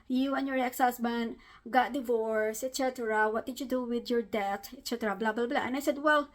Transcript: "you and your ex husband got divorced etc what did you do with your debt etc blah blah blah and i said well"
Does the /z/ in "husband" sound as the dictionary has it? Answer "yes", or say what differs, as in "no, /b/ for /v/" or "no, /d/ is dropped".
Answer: no, /s/ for /z/